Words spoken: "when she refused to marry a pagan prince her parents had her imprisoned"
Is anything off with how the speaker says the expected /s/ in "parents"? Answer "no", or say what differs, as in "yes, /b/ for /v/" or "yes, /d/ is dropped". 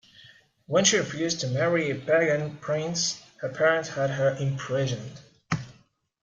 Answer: yes, /s/ is dropped